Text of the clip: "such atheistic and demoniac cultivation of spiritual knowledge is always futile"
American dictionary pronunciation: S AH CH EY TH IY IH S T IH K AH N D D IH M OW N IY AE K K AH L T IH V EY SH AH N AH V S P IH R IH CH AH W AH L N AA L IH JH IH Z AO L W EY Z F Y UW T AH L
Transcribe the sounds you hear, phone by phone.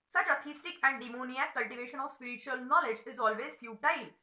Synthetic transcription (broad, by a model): S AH CH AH T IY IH S T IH K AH N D D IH M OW N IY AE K K AH L T IH V EY SH AH N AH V S P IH R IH CH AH AH L N AA L IH JH IH Z AO L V EY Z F Y UW T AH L